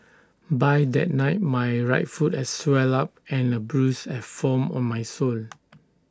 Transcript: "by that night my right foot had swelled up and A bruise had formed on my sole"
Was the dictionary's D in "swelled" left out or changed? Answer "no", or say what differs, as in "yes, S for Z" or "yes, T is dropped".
yes, D is dropped